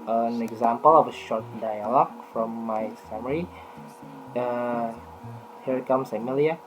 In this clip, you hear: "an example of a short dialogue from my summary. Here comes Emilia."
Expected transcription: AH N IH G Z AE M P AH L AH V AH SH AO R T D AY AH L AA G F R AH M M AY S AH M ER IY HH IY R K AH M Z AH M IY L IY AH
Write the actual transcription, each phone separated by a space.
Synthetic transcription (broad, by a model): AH N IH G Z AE M P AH L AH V AH SH AO R T D AY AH L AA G F R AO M M AY S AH M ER IY HH IY R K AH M S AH M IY L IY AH